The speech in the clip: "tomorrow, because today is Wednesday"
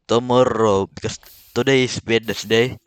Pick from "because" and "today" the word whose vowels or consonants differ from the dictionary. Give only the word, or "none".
because